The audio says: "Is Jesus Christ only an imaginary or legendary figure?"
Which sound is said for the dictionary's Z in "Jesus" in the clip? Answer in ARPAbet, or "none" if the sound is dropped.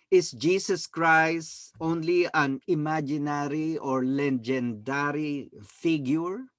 S